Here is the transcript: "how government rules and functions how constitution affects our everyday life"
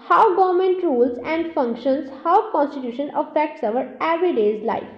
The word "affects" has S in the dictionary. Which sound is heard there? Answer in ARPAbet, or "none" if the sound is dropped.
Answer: S